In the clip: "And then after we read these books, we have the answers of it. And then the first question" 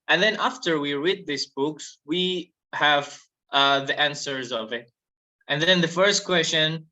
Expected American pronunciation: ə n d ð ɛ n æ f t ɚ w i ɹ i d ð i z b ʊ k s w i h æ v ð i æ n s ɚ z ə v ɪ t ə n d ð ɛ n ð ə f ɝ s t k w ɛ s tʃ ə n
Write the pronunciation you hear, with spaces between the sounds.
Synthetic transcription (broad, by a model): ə n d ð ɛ n æ f t ɚ w i ɹ i d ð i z b ʊ k s w i h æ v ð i æ n s ɚ z ə v ɪ t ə n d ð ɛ n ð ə f ɝ s t k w ɛ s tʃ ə n